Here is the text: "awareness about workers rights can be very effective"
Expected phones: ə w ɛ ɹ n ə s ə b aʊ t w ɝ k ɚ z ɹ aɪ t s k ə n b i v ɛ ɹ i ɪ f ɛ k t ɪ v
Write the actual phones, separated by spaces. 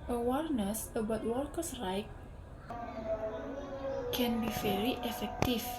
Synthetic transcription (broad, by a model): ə w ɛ ɹ n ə s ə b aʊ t w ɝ k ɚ s ɹ aɪ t k ə n b i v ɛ ɹ i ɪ f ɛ k t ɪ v